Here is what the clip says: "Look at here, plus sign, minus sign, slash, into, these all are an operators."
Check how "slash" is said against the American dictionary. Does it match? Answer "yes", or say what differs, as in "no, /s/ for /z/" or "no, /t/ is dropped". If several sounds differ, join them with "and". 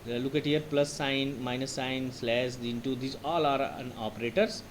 no, /s/ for /ʃ/